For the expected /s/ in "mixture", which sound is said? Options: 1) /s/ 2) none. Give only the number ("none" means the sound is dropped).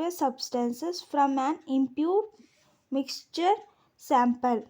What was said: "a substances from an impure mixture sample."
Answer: 1